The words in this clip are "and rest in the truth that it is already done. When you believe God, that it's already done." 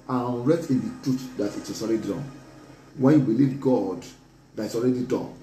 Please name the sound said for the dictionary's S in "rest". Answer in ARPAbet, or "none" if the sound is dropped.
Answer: none